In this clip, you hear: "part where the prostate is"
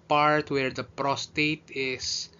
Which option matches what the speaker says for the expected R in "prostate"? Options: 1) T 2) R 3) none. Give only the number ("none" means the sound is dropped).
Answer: 2